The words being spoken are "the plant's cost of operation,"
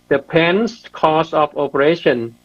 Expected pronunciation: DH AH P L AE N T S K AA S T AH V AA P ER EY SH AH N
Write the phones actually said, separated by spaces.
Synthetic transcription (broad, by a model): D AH P EH N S K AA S AH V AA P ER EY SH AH N